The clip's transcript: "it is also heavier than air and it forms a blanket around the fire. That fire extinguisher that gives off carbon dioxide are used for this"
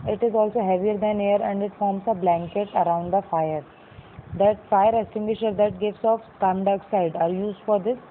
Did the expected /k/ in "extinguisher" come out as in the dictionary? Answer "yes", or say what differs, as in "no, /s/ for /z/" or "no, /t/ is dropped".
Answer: no, /k/ is dropped